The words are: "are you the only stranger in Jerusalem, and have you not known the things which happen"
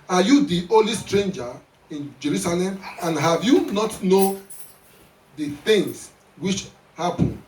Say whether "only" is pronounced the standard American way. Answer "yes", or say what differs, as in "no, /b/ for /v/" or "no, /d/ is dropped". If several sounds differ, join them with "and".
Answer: no, /n/ is dropped